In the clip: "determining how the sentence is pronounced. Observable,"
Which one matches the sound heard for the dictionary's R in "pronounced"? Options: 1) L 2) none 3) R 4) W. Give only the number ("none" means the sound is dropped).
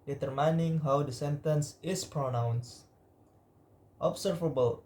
3